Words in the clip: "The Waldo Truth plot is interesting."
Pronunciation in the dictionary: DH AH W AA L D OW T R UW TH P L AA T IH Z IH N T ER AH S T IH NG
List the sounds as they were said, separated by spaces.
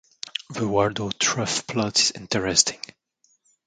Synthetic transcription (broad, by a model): DH AH W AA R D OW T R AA F P L AA T IH Z IH N T ER AH S T IH NG